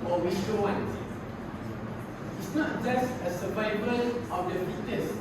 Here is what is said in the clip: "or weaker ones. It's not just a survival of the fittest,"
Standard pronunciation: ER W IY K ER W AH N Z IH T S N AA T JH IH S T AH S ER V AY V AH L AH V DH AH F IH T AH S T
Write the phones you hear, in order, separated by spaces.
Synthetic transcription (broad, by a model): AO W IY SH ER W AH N IH T S N AA T JH IH S T AH S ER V AY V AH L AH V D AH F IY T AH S